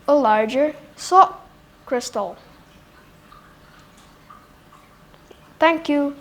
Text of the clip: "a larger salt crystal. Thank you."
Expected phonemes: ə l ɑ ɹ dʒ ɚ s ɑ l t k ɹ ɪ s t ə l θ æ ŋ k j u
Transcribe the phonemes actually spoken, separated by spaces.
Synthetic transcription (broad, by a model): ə l ɑ ɹ dʒ ɚ s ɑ t k ɹ ɪ s t ə l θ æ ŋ k j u